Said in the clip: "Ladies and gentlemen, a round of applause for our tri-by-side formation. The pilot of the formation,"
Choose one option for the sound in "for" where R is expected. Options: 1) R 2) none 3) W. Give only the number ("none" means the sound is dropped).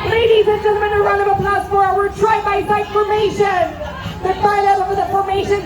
3